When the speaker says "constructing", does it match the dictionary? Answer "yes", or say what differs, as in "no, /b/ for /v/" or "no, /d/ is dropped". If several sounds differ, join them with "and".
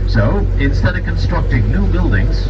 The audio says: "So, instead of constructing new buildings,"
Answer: yes